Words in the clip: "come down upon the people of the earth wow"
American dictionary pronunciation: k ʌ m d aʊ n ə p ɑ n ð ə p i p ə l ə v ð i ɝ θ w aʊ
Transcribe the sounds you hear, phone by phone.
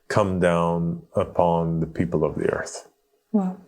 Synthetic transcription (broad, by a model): k ʌ m d aʊ n ə p ɑ n ð ə p i p l ə v ð i ɝ θ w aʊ